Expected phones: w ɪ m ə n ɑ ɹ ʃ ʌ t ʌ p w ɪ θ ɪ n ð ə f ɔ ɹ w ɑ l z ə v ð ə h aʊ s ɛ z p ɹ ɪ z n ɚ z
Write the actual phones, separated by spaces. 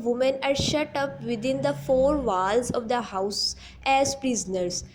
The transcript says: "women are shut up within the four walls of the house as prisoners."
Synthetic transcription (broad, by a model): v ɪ m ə n ɑ ɹ ʃ ʌ t ʌ p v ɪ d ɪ n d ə f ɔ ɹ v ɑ l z ə v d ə h aʊ s ɛ z p ɹ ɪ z n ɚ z